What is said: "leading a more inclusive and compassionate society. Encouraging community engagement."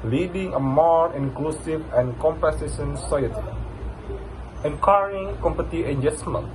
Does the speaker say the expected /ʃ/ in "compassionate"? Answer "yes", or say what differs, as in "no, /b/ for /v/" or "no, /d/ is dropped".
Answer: no, /s/ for /ʃ/